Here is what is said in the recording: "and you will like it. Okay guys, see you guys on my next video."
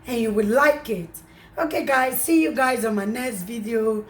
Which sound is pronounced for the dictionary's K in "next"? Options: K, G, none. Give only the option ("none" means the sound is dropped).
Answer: none